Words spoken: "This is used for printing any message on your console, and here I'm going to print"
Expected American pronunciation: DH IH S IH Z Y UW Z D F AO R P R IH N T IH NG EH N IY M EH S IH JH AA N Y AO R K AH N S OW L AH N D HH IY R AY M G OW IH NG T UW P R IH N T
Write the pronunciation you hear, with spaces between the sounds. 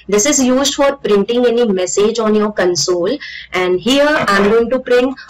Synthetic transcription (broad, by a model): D IH S IH Z Y UW Z D F AO R P R IH N T IH NG EH N IY M EH S IH JH AA N Y AO R K AH N S OW L AH N D HH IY R AY M G OW IH NG T UW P R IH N